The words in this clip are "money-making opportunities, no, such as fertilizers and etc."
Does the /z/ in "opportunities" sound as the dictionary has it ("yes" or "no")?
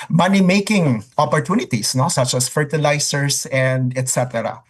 no